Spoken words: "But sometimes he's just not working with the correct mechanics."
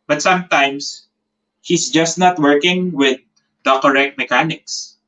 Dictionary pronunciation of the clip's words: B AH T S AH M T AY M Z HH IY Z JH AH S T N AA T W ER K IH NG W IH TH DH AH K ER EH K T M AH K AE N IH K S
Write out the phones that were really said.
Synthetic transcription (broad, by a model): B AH T S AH M T AY M S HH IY S JH AH S T N AA T W ER K IH NG W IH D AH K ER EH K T M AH K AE N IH K S